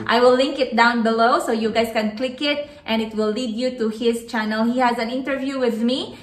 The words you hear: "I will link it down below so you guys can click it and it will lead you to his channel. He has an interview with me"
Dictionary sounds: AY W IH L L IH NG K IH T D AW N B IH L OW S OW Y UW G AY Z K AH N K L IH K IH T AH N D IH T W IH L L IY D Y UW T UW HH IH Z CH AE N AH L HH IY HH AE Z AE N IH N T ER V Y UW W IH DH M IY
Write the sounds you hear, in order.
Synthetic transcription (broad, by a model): AY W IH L L IH NG K IH T D AW N B IH L OW S OW Y UW G AY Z K AH N K L IH K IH T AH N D IH T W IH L L IY D Y UW T UW HH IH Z CH AE N AH L HH IY HH AE Z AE N IH N T ER V Y UW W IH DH M IY